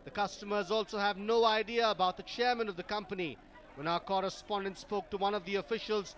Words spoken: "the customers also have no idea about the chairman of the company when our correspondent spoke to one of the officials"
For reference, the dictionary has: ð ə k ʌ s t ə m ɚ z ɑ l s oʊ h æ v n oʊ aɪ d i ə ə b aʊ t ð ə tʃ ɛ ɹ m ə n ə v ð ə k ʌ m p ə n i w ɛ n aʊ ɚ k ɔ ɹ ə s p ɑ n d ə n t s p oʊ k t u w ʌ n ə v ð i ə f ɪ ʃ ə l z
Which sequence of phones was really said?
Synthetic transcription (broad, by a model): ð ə k ʌ s t ə m ɚ z ɑ l s oʊ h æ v n oʊ aɪ d i ə ə b aʊ t ð ə tʃ ɛ ɹ m ə n ə v ð ə k ʌ m p ə n i w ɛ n aʊ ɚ k ɔ ɹ ə s p ɑ n d ə n t s p oʊ k t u w ʌ n ə v ð i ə f ɪ ʃ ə l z